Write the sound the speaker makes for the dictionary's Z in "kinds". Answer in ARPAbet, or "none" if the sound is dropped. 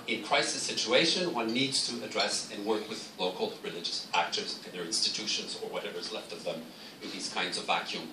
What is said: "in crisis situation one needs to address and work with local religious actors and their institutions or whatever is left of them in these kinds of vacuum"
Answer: Z